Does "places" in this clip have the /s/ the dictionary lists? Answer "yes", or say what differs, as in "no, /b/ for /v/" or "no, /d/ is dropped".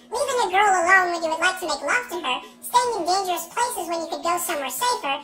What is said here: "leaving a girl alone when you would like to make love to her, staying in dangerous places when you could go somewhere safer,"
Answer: yes